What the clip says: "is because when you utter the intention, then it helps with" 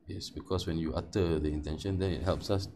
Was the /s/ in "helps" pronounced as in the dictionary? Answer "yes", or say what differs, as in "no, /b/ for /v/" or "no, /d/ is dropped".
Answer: yes